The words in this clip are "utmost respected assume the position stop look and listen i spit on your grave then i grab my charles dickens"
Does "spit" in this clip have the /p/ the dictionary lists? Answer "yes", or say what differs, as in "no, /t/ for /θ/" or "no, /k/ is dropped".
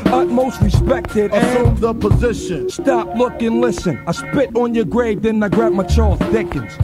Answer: yes